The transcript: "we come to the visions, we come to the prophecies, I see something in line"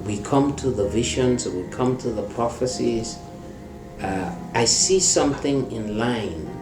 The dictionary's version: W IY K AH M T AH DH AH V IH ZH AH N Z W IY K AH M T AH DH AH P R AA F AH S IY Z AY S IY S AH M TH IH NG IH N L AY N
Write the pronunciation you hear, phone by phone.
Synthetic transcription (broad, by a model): W IY K AH M T AH DH AH V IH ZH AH N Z W IY K AH M T AH DH AH P R AA F AH S IY Z AY S IY S AH M TH IH NG IH N L AY N